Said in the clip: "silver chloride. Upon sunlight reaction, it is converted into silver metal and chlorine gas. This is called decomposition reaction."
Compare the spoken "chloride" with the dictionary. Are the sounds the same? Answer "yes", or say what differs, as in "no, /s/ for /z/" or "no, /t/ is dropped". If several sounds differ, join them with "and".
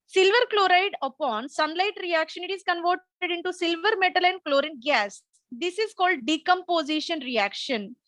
yes